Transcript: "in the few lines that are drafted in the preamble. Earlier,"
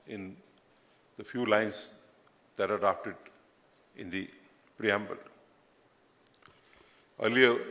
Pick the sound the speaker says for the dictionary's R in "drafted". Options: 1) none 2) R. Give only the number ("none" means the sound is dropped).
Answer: 1